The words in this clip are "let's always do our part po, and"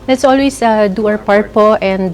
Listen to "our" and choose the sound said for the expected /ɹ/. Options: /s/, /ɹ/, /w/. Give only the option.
/w/